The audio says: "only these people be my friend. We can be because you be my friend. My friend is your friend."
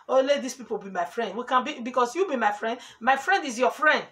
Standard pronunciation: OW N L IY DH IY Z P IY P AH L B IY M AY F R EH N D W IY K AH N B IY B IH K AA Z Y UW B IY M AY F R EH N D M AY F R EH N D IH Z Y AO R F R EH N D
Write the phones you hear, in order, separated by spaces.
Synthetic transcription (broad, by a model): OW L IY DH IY S P IY P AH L B IY M AY F R EH N D W IY K AH N B IY B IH K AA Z Y UW B IY M AY F R EH N D M AY F R EH N D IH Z Y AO F R EH N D